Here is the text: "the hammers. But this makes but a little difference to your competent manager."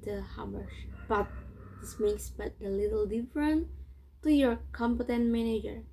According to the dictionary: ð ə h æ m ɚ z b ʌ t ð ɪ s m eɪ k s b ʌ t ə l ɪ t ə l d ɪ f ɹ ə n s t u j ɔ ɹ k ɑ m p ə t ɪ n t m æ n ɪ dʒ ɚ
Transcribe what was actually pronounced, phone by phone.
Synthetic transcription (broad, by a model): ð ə h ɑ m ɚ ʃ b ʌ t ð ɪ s m eɪ k s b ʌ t ə l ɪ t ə l d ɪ f ɹ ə n t u j ɔ ɹ k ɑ m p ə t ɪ n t m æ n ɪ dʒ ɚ